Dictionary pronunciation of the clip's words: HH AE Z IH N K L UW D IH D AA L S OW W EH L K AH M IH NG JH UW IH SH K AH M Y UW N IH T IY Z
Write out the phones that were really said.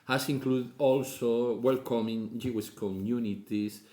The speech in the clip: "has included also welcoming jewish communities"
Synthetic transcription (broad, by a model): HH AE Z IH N K L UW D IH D AA L S OW W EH L K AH M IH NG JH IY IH S K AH M Y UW N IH T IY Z